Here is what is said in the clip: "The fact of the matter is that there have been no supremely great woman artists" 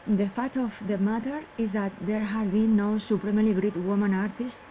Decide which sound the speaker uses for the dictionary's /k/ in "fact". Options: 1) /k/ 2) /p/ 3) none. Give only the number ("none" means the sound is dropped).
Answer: 3